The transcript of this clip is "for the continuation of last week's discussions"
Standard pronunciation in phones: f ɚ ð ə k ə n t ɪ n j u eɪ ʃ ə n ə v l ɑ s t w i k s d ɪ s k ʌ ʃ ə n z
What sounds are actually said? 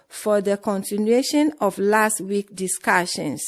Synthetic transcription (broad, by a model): f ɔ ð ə k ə n t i n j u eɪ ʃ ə n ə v l ɑ s t w i k d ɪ s k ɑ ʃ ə n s